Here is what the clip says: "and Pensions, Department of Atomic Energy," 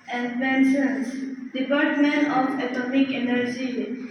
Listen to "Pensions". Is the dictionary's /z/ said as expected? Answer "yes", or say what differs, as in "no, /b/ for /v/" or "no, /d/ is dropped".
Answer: no, /s/ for /z/